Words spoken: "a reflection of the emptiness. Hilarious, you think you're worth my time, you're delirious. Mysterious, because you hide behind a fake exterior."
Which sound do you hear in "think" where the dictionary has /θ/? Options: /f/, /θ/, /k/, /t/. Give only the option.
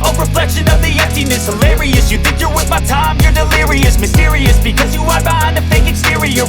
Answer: /θ/